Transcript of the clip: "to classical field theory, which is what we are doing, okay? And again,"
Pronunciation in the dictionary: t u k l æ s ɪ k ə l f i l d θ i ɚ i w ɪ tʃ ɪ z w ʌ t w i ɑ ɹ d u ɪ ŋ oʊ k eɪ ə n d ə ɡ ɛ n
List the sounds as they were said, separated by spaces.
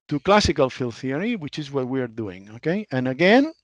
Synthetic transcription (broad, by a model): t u k l æ s ɪ k ə l f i l θ i ɚ i w ɪ tʃ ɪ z w ʌ t w i ɑ ɹ d u ɪ ŋ oʊ k eɪ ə n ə ɡ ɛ n